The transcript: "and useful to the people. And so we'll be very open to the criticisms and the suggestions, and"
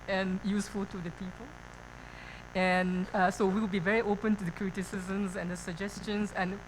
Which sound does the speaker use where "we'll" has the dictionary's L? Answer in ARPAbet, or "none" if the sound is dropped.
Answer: W